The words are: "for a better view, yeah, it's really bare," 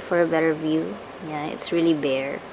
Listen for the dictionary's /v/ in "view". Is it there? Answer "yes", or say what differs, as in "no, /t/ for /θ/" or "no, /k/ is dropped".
yes